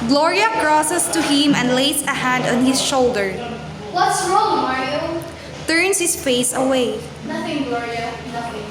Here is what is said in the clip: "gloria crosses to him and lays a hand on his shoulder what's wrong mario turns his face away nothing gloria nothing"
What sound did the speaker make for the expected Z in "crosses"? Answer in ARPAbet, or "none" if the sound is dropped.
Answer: S